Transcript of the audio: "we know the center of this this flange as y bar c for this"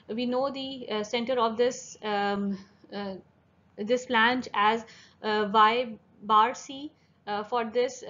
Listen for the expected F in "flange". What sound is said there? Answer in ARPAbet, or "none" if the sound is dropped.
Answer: P